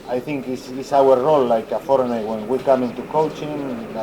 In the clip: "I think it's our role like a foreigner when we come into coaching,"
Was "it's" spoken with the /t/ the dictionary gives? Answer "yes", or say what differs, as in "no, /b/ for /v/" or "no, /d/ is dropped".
no, /s/ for /t/